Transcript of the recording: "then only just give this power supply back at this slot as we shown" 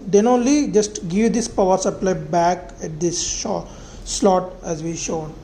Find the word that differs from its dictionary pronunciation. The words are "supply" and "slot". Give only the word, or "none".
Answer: slot